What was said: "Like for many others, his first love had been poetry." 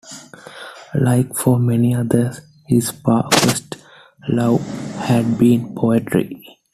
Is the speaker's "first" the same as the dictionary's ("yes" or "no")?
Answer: no